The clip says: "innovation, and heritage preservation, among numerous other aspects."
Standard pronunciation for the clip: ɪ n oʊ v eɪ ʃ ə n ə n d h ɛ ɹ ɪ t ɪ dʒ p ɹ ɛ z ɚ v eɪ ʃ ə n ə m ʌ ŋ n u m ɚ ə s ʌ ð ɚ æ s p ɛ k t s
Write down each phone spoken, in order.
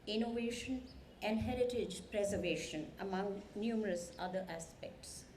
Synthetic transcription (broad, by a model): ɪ n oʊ v eɪ ʃ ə n ə n d h ɛ ɹ ɪ t ɪ dʒ p ɹ ɛ z ɚ v eɪ ʃ ə n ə m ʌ ŋ n u m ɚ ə s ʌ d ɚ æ s p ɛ k t s